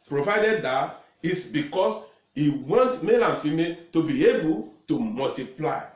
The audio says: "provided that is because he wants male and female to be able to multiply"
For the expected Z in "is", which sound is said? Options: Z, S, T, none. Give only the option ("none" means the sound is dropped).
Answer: S